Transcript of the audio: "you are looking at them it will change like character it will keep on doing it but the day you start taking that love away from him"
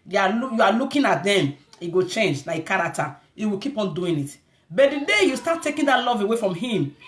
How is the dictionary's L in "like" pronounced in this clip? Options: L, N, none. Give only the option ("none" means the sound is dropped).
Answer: N